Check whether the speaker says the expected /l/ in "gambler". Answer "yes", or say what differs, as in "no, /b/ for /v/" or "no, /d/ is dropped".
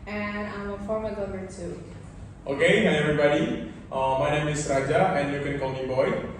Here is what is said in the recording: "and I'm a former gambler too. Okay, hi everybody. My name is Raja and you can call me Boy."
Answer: no, /l/ is dropped